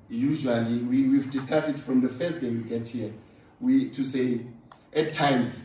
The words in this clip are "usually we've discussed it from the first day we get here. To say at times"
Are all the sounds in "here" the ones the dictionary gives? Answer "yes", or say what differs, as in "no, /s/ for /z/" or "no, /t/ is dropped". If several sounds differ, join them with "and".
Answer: no, /w/ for /ɹ/